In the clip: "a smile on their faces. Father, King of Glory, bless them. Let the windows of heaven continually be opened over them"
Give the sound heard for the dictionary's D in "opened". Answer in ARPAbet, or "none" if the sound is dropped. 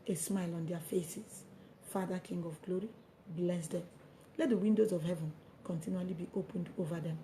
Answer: D